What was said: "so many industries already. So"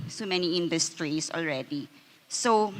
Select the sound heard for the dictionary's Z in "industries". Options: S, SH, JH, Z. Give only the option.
S